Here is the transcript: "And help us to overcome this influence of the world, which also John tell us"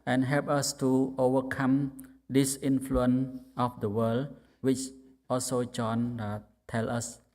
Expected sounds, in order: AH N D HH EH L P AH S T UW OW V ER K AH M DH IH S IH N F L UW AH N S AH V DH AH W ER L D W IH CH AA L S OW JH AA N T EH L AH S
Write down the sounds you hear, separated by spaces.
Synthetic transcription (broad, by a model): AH N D HH EH L P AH S T UW OW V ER K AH M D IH S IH N F L UW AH N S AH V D AH W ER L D W IH CH AA L S OW JH AA N T EH L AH S